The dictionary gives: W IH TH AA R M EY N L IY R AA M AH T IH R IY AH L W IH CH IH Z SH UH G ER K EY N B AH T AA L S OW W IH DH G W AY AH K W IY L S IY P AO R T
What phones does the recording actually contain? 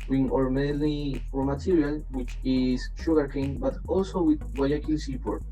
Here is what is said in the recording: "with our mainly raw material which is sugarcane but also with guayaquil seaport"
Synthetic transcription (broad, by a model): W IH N AA R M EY L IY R M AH T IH R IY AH L W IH CH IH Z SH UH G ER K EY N B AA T AA L S OW W IH DH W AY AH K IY L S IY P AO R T